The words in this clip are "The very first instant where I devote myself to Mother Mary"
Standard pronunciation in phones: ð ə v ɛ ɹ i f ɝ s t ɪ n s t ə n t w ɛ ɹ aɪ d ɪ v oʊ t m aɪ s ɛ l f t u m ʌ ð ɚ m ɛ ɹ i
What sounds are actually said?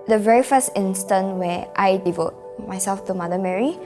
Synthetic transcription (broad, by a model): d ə v ɛ ɹ i f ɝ s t ɪ n s t ə n t w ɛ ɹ aɪ d ɪ v oʊ t m aɪ s ɛ l f t u m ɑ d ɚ m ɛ ɹ i